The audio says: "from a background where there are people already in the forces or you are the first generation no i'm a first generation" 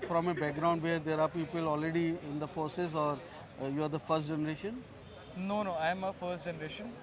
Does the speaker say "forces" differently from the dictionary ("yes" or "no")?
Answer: yes